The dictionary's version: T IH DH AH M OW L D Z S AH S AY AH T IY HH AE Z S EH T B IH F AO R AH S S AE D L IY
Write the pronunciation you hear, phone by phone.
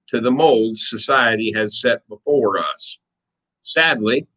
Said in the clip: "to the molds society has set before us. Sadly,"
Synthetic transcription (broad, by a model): T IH DH AH M OW L D Z S AH S AY AH T IY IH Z S EH T B IH F AO R AH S S AE D L IY